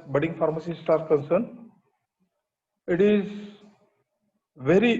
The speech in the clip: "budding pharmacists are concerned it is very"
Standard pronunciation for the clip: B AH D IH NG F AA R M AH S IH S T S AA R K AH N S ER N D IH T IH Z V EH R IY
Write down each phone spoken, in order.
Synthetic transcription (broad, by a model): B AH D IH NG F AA R M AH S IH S T AA R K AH N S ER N IH T IH Z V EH R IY